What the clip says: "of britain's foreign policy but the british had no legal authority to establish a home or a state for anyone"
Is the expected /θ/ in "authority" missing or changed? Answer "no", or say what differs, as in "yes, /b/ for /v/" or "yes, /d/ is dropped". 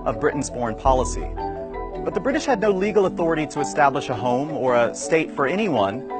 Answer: no